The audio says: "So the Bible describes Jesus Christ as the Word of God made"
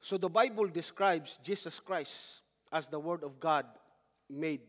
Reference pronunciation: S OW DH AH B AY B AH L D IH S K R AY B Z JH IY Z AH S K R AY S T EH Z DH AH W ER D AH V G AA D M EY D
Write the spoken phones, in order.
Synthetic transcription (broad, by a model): S OW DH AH B AY B AH L D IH S K R AY B S JH IY S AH S K R AY S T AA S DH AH W ER D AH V G AA D M EY D